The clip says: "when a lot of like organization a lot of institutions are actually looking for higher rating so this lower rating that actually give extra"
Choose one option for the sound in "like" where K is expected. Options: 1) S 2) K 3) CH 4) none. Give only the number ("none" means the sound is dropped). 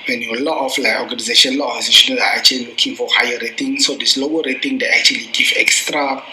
4